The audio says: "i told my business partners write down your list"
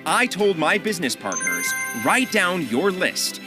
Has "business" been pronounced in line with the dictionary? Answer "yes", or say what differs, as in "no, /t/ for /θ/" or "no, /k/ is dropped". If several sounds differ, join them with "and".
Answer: yes